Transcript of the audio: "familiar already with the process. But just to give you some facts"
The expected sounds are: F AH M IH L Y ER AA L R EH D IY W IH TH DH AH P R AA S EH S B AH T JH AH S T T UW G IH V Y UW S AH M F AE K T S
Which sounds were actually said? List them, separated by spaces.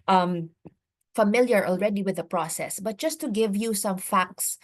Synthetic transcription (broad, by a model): F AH M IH L Y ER AA L R EH D IY W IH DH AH P R AA S EH S B AH T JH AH S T T UW G IH V Y UW S AH M F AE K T S